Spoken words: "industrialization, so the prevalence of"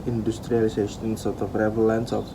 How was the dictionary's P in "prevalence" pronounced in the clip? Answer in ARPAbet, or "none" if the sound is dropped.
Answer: F